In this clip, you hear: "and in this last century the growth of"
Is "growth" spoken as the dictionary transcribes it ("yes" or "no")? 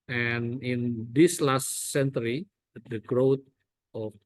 no